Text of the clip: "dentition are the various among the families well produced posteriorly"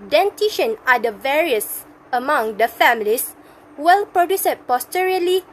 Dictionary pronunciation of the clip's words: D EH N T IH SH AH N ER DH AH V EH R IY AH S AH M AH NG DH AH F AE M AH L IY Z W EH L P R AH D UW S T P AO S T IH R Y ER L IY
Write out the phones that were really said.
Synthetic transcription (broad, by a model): D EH N T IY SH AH N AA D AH V EH R IY AH S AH M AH NG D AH F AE M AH L IY S W EH L P R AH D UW S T P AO S T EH R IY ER L IY